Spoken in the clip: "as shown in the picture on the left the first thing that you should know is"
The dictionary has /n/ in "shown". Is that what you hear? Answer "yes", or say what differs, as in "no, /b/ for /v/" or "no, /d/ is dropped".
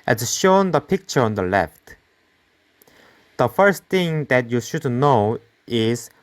no, /n/ is dropped